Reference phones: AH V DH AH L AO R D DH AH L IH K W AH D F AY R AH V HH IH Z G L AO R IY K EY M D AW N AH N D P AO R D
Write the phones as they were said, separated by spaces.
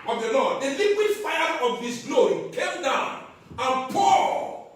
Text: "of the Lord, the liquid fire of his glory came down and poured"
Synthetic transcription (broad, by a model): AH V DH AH L AO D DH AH L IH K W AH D F AY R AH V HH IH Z G L AO R IY K EY M D AW N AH N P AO